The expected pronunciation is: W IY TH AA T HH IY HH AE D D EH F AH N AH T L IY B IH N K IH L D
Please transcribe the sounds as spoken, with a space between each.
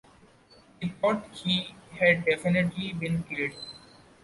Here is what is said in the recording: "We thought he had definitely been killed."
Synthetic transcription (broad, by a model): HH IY T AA T HH IY HH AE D D EH F AH N AH T L IY B IH N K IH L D